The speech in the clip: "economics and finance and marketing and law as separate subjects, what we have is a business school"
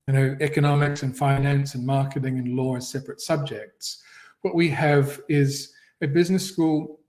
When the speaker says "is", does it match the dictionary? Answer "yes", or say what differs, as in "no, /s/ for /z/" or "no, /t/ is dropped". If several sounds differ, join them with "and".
yes